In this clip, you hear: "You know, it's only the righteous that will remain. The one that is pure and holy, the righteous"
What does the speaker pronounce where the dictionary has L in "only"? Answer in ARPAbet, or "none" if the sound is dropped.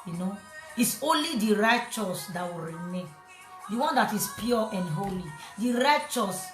L